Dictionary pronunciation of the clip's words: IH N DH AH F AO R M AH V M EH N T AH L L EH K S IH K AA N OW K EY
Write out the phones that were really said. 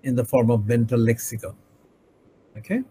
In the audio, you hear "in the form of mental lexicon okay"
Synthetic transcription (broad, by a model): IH N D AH F AO R M AH V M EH N T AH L L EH K S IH K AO OW K EY